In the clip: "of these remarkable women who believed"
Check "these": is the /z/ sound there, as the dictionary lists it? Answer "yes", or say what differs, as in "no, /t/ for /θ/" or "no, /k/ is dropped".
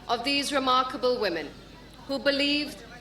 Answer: yes